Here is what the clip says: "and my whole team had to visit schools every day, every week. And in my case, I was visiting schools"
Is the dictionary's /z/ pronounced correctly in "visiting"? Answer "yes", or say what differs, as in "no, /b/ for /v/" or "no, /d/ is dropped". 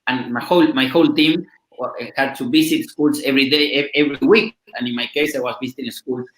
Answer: no, /s/ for /z/